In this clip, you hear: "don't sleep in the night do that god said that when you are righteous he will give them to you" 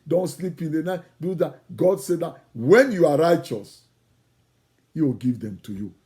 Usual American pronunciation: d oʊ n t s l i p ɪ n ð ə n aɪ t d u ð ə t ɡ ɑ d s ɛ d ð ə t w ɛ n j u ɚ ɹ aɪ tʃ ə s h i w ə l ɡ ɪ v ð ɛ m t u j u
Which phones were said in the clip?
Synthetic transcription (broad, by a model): d oʊ n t s l i p ɪ n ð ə n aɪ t d u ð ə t ɡ ɑ d s ɛ d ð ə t w ɛ n j u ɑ ɹ aɪ tʃ ə s h i w ə l ɡ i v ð ɛ m t u j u